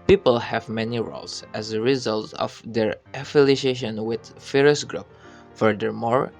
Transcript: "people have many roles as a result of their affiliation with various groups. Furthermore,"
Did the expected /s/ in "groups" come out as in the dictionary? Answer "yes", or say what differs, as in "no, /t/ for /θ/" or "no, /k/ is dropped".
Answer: no, /s/ is dropped